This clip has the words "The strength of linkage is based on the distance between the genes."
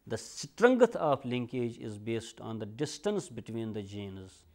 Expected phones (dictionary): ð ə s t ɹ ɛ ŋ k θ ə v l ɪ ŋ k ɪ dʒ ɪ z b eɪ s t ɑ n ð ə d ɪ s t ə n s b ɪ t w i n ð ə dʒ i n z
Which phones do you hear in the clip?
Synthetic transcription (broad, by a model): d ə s t ɹ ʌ ŋ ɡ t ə p l ɪ ŋ k ɪ dʒ ɪ z b eɪ s t ɑ n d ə d ɪ s t ə n s b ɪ t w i n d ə dʒ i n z